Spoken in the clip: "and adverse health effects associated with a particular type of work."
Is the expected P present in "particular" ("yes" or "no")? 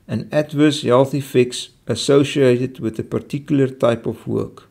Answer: yes